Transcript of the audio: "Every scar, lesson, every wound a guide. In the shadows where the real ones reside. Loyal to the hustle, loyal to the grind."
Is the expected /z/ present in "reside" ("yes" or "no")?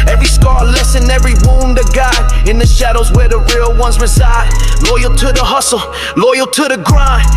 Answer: yes